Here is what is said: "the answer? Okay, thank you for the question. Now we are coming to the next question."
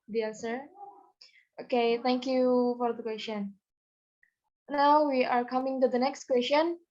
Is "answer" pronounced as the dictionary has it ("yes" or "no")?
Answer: no